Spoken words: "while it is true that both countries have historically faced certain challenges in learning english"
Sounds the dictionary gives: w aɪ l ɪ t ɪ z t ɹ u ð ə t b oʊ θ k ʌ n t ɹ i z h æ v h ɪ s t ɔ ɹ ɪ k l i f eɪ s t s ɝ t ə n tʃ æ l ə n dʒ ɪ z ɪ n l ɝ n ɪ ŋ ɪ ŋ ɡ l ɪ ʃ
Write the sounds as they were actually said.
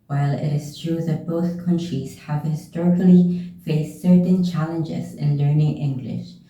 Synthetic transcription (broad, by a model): w aɪ l ɪ t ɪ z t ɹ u ð ə t b oʊ θ k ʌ n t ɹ i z h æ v h ɪ s t ɔ ɹ ɪ k l i f eɪ s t s ɝ t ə n tʃ æ l ə n dʒ ɪ z ɪ n l ɝ n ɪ ŋ ɪ ŋ ɡ l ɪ ʃ